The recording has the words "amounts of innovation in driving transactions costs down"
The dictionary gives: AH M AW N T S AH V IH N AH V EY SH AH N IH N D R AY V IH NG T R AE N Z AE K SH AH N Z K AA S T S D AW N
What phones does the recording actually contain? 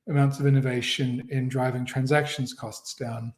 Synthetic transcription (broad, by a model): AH M AW N T S AH V IH N AH V EY SH AH N IH N D R AY V IH NG T R AE N Z AE K SH AH N Z K AA S T S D AW N